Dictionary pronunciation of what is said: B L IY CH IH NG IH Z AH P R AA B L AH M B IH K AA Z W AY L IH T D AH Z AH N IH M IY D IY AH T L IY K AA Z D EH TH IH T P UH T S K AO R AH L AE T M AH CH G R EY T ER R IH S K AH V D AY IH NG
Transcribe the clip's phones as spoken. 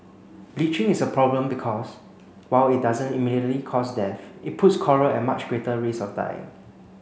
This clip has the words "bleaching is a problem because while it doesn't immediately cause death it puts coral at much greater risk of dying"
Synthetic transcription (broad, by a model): B L IY CH IH NG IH S AH P R AA B L AH M B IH K AA S W AY L IH T D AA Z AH N IH M IY D IY AH T L IY K AA S D EH F IH T P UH T S K AO R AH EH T M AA CH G R EY T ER R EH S AH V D AY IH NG